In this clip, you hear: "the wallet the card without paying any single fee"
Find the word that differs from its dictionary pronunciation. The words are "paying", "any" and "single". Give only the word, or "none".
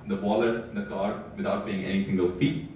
paying